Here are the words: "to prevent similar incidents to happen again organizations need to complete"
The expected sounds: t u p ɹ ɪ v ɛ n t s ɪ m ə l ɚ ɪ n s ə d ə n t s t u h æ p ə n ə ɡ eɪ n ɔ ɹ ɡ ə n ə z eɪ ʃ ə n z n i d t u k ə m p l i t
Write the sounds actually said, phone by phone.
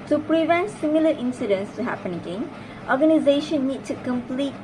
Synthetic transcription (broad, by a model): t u p ɹ ɪ v ɛ n t s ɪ m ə l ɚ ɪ n s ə d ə n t s t u h æ p ə n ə ɡ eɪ n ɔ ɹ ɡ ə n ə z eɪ ʃ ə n n i d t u k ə m p l i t